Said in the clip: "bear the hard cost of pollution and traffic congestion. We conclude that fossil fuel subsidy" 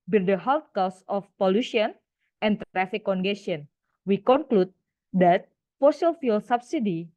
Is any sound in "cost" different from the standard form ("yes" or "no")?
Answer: yes